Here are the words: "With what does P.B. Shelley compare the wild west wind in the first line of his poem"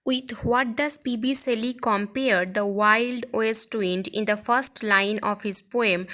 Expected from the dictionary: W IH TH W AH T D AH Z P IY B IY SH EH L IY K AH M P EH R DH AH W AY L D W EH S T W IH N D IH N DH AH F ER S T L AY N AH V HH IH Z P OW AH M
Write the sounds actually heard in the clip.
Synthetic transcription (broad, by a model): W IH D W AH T D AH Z P IY B IY S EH L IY K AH M P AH R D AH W AY L D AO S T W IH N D IH N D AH F ER S T L AY N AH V HH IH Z P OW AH M